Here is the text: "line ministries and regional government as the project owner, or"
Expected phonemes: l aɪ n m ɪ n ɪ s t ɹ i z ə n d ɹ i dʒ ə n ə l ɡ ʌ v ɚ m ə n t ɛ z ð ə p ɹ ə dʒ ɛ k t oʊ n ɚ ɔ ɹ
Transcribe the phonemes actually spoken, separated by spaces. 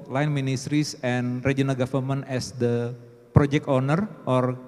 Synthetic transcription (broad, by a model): l aɪ n m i n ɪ s t ɹ i s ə n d ɹ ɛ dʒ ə n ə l ɡ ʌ f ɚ m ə n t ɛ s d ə p ɹ ə dʒ ɛ k t oʊ n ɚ ɔ ɹ